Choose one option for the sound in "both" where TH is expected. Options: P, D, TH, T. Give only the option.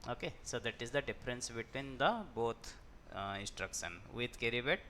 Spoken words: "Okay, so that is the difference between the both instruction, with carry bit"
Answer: T